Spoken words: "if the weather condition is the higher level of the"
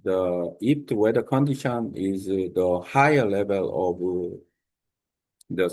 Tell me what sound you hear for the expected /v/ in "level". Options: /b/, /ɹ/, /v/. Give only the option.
/v/